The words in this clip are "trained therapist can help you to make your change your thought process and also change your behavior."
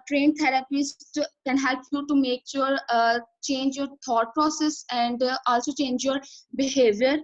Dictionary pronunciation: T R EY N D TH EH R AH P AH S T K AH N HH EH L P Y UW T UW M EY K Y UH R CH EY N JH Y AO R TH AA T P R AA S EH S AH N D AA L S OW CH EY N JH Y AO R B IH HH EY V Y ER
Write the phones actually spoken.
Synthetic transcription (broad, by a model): T R EY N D T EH R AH P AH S K AH N HH EH L P Y UW T UW M EY K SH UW R CH EY N JH Y AO R T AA T P R AA S EH S AH N D AA L S OW CH EY N JH Y AO R B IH HH EY V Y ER